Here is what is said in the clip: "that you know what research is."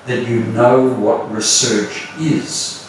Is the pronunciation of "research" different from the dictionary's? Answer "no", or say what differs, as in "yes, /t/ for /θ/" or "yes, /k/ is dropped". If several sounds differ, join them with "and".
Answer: no